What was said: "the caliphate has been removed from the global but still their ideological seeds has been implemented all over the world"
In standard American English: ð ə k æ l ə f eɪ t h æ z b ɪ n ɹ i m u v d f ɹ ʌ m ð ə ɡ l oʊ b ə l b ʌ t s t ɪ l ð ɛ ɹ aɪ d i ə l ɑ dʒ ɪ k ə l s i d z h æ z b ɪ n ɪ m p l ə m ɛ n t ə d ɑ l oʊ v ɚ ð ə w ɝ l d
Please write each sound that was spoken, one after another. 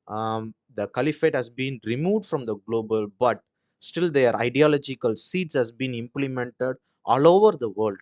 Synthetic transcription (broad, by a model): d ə k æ l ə f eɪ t h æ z b ɪ n ɹ i m u v d f ɹ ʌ m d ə ɡ l oʊ b ə l b ʌ t s t ɪ l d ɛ ɹ aɪ d i ə l ɑ dʒ ɪ k ə l s i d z h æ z b ɪ n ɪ m p l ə m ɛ n t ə d ɑ l oʊ v ɚ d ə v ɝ l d